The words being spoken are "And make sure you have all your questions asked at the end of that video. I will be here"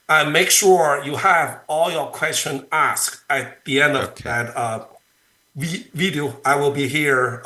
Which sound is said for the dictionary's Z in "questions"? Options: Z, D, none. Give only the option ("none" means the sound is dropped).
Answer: none